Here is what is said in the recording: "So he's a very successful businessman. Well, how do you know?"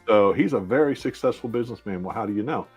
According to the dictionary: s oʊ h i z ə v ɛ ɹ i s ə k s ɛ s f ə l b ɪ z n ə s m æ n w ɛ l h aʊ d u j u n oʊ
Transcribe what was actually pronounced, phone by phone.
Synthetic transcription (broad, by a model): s oʊ h i z ə v ɛ ɹ i s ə k s ɛ s f l b ɪ z n ə s m æ n w ɛ l h aʊ d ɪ j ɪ n oʊ